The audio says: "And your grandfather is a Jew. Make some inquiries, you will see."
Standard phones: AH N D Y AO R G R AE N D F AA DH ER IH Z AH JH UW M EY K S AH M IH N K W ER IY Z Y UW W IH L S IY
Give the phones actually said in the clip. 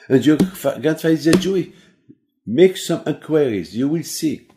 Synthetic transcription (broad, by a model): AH N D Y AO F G AA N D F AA IH Z AH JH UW M EY K S AH M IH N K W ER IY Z Y UW W IH L S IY